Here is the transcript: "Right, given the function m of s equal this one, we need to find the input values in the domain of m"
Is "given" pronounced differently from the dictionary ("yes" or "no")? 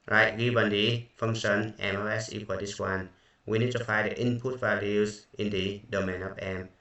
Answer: yes